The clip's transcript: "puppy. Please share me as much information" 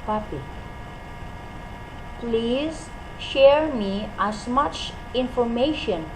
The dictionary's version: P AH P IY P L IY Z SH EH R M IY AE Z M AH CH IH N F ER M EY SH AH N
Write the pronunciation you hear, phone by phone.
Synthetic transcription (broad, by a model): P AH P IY P L IY Z SH EH R M IY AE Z M AH CH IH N F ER M EY SH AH N